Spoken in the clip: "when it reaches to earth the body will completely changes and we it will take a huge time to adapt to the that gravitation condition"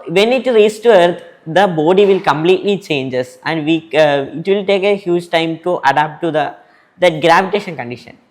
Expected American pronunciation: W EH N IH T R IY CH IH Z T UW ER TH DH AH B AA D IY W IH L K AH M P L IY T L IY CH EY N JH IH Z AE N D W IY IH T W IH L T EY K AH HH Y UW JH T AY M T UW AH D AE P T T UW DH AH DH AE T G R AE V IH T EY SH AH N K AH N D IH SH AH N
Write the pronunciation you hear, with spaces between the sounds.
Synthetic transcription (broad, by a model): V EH N IH T R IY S T UW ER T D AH B AA D IY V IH L K AH M P L IY T L IY CH EY N JH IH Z AE N D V IY IH T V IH L T EY K AH HH Y UW JH T AY M T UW AH D AE P T T UW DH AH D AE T G R AE V IH T EY SH AH N K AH N D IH SH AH N